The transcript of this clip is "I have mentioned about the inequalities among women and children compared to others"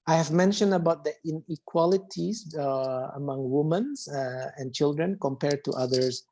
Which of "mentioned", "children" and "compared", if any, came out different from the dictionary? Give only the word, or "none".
none